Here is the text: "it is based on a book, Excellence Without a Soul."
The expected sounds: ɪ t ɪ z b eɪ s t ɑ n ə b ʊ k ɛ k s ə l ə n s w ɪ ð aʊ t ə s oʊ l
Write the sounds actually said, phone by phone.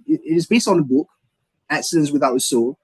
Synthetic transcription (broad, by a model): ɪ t ɪ z b eɪ s t n ə b ʊ k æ k s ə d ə n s w ɪ ð aʊ t ə s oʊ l